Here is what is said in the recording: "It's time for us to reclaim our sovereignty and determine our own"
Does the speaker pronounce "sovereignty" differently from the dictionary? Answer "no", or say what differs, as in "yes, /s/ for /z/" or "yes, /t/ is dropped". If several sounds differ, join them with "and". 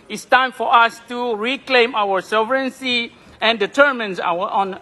yes, /s/ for /t/